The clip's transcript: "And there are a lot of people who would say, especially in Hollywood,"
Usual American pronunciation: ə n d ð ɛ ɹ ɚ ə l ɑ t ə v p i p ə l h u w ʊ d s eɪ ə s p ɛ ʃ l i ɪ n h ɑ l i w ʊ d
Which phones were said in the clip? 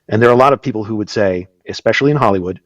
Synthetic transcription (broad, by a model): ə n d ð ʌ ɹ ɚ ə l ɑ t ə v p i p l h u w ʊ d s eɪ ə s p ɛ ʃ l i ɪ n h ɑ l i w ʊ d